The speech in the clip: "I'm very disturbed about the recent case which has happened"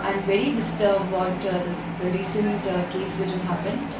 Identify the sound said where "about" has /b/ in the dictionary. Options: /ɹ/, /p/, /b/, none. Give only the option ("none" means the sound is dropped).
none